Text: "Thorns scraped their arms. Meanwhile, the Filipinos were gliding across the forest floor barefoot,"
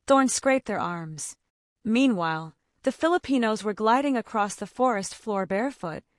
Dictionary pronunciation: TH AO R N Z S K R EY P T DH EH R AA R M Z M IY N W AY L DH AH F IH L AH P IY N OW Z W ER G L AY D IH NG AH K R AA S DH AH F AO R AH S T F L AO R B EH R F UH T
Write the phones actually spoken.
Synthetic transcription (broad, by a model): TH AO R N S K R EY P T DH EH R AA R M Z M IY N W AY L DH AH F IH L AH P IY N OW Z W ER G L AY D IH NG AH K R AA S DH AH F AO R AH S T F L AO R B EH R F UH T